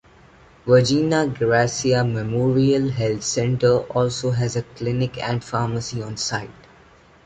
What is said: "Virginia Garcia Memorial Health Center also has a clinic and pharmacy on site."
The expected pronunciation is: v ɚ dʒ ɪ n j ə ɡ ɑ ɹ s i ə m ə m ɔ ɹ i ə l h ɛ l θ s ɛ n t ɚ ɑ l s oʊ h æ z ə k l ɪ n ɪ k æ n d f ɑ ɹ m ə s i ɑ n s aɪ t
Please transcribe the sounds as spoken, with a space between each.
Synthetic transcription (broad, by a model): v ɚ dʒ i n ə ɡ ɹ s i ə m ə m ɔ ɹ i ə l h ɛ l t s ɛ n t ɚ ɑ l s oʊ h æ z ə k l ɪ n ɪ k æ n d f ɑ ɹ m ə s i ɑ n s aɪ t